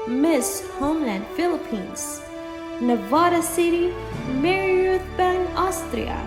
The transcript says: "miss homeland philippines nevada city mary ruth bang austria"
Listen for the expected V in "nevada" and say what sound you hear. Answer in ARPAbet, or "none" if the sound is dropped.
V